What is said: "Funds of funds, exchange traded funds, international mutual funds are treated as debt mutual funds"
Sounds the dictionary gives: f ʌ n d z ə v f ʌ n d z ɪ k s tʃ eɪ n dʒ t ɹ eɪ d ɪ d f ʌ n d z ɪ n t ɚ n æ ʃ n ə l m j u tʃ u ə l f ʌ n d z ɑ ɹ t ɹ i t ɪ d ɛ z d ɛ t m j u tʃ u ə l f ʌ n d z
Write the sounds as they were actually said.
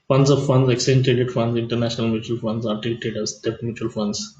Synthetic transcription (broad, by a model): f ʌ n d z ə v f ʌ n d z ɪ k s eɪ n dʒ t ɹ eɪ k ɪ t f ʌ n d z ɪ n t ɚ n æ ʃ n ə l m j u tʃ u ə l f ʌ n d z ɑ ɹ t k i t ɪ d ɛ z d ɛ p m j u tʃ u ə l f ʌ n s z